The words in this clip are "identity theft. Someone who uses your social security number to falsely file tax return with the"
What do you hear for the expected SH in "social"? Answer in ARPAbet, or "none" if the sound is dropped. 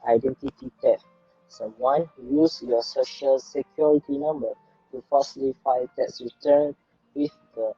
SH